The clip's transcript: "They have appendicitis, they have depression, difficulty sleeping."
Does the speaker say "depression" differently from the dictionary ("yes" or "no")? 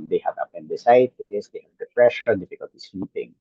yes